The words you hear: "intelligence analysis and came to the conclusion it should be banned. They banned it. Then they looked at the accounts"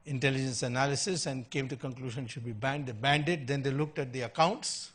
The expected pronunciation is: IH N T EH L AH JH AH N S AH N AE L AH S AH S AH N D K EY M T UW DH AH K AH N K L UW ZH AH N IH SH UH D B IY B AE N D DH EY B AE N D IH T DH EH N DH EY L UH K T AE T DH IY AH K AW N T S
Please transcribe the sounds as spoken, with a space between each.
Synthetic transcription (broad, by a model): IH N T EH L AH JH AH N S AH N AE L AH S AH S AH N D K EY M T UW K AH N K L UW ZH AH N SH UH D B IY B AE N D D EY B AE N D IH T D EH N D EY L UH K T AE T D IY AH K AW N T S